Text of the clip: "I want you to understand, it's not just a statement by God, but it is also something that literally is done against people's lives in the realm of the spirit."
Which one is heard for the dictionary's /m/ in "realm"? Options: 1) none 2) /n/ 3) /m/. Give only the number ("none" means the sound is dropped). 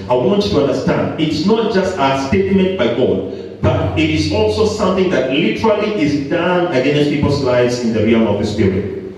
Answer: 1